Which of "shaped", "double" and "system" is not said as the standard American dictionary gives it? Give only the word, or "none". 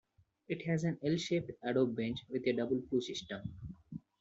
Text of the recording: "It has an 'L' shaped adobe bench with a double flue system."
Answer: none